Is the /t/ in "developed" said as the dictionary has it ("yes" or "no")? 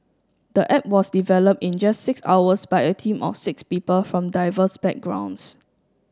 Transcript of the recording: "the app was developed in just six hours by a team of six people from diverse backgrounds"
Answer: yes